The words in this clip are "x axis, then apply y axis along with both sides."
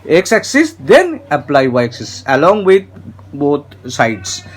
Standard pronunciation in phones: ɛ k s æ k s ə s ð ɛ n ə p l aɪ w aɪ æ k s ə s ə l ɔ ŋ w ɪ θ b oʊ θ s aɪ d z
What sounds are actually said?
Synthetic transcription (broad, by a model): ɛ k s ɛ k s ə s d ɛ n ə p l aɪ w aɪ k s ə s ə l ɔ ŋ w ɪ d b oʊ t s aɪ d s